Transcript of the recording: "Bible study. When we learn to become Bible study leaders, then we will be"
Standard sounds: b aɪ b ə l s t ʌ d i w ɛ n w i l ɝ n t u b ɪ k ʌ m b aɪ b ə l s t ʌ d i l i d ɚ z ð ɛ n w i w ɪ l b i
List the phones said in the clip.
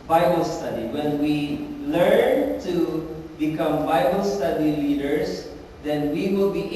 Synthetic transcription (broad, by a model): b aɪ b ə l s t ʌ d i w ɛ n w i l ɝ n t u b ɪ k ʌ m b aɪ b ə l s t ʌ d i l i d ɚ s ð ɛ n w i w ɪ l b i